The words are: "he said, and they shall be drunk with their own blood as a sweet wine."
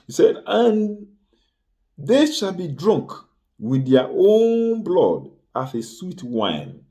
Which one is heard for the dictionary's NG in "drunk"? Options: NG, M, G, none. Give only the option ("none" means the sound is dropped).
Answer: NG